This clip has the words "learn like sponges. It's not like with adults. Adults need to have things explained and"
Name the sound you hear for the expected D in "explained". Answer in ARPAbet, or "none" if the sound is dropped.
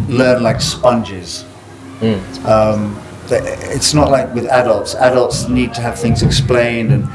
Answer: D